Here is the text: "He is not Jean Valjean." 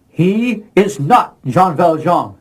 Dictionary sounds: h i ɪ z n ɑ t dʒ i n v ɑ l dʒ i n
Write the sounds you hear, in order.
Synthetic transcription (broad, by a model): h i ɪ z n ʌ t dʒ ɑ n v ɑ l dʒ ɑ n